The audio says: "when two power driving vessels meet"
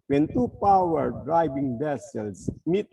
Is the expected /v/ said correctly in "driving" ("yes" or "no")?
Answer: no